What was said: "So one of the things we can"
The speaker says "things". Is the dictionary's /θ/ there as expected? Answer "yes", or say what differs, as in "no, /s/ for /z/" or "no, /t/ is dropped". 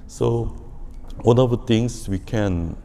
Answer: no, /t/ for /θ/